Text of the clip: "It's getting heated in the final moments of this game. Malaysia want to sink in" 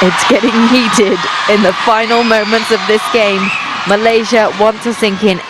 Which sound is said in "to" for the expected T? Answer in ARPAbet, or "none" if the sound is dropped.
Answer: S